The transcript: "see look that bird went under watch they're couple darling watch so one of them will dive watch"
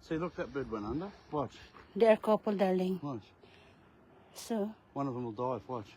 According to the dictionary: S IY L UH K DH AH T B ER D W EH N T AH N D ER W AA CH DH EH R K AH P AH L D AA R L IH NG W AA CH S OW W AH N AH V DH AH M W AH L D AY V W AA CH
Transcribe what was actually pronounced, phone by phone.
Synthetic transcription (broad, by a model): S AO L UH K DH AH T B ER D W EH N AH N D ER W AA CH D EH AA K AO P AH L D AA L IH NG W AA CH S OW W AH N AH V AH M W AH L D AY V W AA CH